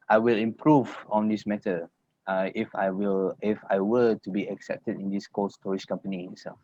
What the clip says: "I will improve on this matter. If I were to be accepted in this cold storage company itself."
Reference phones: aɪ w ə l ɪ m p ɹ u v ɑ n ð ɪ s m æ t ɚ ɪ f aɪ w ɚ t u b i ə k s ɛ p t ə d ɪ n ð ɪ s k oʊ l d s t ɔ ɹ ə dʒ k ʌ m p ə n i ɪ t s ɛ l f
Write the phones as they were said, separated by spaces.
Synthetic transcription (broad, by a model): aɪ w ə l ɪ m p ɹ u v ɑ n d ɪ s m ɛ t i ɪ f aɪ w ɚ t u b i ə k s ɛ p t ə d ɪ n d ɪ s k oʊ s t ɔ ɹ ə ʃ k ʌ m p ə n i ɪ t s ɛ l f